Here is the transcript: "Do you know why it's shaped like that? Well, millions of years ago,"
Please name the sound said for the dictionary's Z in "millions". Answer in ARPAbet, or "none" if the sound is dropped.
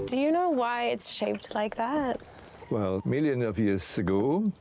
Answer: none